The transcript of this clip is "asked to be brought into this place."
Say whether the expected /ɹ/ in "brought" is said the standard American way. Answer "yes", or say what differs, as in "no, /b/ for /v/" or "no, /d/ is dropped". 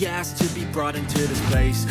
yes